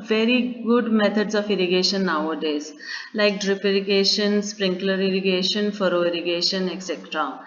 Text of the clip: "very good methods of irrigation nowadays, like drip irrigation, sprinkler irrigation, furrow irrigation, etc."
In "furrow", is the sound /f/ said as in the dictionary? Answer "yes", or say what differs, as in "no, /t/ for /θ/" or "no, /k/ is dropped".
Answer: yes